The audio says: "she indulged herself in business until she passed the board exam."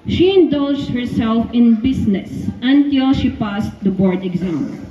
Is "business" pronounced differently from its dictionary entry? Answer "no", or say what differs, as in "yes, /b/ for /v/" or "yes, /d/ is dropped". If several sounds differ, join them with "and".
yes, /s/ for /z/